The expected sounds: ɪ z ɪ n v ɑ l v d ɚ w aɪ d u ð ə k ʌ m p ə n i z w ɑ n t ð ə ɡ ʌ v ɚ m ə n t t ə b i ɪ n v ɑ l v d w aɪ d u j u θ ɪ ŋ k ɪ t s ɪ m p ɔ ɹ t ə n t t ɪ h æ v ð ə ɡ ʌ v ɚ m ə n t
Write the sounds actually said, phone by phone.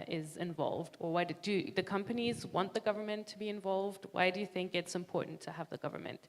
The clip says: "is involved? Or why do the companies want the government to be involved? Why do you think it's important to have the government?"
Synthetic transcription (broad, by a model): ɪ z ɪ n v ɑ l v d ɚ w aɪ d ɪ ð ə k ʌ m p ə n i z w ɑ n ð ə ɡ ʌ v ɚ m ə n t t ə b i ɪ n v ɑ l v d w aɪ d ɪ j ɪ θ ɪ ŋ k ɪ t s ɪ m p ɔ ɹ t n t t ɪ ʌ v ð ə ɡ ʌ v ɚ m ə n t